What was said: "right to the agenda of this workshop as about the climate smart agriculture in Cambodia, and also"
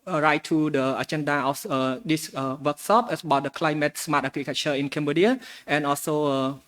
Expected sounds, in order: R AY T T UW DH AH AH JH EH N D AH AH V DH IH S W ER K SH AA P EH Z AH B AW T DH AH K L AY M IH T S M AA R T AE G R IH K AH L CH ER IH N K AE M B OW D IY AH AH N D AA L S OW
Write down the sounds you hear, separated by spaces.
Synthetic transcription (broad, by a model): R AY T T UW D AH AH JH EH N D AH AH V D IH S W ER K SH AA P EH S AH B AW T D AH K L AY M IH T S M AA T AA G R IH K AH CH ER IH N K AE M B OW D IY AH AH N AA L S OW